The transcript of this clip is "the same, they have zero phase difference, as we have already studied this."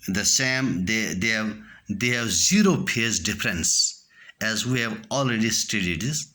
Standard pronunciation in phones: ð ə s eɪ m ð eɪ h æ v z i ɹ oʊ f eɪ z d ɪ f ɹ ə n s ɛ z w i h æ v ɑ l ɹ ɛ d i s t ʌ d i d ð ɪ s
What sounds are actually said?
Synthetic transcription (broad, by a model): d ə s eɪ m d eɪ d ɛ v z i ɹ oʊ p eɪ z d ɪ f ɹ ə n s ɛ z w i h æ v ɑ l ɹ ɛ d i s t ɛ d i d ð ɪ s